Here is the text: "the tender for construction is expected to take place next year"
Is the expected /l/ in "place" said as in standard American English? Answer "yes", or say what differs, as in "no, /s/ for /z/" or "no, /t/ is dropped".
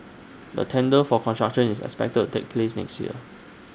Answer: yes